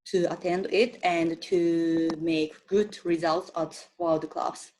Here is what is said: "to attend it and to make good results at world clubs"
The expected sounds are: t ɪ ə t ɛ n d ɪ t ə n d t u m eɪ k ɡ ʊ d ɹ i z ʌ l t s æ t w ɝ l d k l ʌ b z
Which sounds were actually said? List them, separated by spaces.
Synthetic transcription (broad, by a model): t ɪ ə t ɛ n d ɪ t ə n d t u m eɪ k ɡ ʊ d ɹ i z ʌ l t s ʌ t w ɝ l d k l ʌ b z